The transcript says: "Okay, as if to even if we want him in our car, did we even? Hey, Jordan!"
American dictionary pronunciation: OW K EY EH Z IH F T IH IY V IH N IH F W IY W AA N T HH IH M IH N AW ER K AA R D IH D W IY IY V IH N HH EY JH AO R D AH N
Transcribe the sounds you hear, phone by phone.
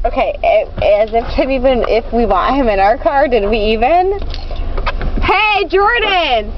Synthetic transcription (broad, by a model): OW K EY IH Z IH F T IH IY V IH N IH F W IY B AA T HH IH M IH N AW ER K AA R D IH D W IY IY V IH N HH EY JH AO R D N